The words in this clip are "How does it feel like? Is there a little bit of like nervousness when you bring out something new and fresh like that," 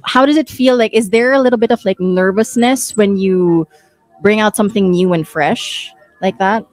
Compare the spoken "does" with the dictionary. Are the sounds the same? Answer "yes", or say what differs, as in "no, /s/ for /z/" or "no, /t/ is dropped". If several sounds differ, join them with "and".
yes